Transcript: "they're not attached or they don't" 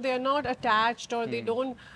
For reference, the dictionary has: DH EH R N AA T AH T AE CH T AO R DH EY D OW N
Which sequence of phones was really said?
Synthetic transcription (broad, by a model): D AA R N AA T AH T AE CH T AO R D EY D OW N